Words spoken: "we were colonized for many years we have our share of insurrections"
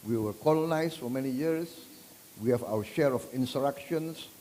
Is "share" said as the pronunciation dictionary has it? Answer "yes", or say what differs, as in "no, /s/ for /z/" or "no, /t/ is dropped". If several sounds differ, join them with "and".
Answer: yes